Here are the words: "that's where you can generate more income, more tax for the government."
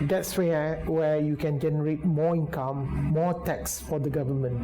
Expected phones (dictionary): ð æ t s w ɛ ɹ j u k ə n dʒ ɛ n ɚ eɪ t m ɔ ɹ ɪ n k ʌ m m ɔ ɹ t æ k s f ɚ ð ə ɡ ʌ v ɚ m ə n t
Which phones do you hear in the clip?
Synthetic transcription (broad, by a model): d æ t s w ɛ w j u k ə n dʒ ɛ n ɚ eɪ t m ɔ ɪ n k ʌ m m ɔ t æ k s f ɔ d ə ɡ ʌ v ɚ m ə n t